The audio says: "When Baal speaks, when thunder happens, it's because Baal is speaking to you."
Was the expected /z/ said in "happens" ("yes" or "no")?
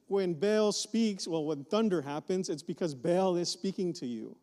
yes